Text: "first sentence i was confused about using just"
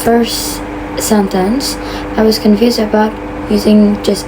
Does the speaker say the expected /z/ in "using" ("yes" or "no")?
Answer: yes